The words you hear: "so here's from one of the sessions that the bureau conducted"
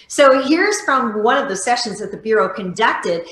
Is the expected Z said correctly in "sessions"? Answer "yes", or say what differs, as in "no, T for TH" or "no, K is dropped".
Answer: yes